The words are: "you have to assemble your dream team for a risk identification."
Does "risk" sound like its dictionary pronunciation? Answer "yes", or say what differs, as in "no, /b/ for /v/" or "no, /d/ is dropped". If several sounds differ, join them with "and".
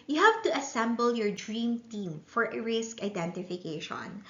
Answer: yes